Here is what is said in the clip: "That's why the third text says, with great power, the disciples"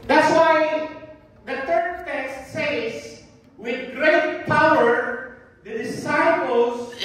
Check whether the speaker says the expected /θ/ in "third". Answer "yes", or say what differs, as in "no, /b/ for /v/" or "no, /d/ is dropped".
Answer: no, /t/ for /θ/